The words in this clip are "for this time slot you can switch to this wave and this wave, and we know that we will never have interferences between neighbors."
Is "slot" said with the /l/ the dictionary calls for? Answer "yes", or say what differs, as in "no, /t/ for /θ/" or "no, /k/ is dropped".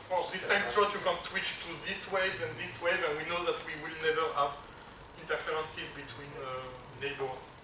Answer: no, /l/ is dropped